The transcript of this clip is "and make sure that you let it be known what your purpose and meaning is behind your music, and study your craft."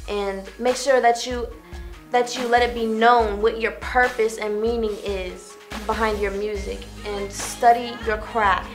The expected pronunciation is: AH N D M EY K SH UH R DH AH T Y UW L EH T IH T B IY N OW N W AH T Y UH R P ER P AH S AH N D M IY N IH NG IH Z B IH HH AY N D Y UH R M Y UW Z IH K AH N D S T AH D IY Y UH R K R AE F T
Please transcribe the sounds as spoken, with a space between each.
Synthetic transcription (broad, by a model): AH N M EY K SH UH R DH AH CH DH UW L EH T IH T B IY N OW N W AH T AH R P ER P AH S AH N M IY N IH NG IH Z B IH HH AY N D Y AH R M Y UW Z IH K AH N S T AH D IY Y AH R K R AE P